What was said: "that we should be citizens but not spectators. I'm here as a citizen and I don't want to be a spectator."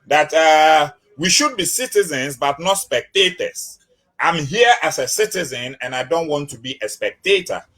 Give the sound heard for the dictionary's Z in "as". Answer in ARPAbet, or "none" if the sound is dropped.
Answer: S